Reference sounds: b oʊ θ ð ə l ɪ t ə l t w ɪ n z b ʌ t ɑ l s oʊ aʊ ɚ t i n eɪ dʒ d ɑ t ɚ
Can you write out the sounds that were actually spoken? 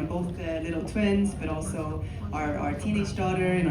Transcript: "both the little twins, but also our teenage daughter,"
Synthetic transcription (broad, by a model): b oʊ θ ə l ɪ t l t w ɪ n z b ʌ t ɑ l s oʊ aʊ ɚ t i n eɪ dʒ d ɑ t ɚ